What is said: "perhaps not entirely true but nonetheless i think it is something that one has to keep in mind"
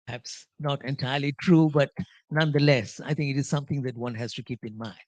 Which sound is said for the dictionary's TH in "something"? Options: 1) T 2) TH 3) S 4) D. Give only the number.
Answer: 1